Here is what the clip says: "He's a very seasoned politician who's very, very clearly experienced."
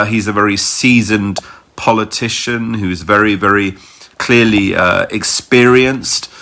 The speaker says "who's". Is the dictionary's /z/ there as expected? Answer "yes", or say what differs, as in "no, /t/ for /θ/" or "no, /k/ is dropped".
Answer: yes